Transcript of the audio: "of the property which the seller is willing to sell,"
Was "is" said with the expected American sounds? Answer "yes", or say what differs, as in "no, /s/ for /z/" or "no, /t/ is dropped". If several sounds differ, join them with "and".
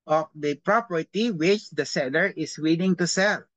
no, /s/ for /z/